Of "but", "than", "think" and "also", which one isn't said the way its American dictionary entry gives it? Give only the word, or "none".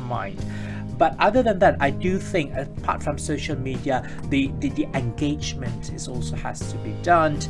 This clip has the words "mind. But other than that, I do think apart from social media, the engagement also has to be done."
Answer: none